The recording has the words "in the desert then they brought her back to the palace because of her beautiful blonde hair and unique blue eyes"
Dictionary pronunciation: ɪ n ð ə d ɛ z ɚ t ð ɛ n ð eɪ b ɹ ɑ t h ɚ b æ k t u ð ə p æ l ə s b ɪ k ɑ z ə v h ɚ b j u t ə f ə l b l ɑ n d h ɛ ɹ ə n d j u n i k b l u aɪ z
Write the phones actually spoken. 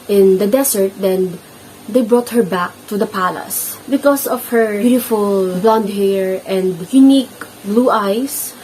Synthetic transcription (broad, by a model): ɪ n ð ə d ɛ s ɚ t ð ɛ n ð eɪ b ɹ ɑ t h ɚ b æ k t u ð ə p æ l ə s b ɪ k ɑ s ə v h ɚ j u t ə f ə l b l ɑ n d h ɛ ɹ ə n d j u n i k b l u aɪ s